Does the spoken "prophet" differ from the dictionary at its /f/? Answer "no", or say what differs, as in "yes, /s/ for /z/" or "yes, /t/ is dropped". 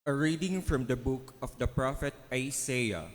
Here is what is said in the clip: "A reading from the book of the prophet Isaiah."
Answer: no